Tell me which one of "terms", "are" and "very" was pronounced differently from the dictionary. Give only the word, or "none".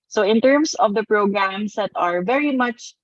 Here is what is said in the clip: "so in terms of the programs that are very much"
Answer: terms